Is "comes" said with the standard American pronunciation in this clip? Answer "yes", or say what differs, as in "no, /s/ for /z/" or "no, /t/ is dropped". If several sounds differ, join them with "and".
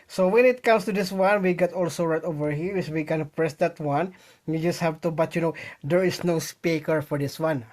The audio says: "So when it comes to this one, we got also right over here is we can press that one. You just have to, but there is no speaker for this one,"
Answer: no, /s/ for /z/